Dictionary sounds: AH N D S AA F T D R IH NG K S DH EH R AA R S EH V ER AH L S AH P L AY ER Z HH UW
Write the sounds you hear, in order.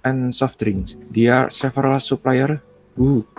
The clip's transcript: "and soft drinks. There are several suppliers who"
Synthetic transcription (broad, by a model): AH N S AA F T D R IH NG S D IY AA R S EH F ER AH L S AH P L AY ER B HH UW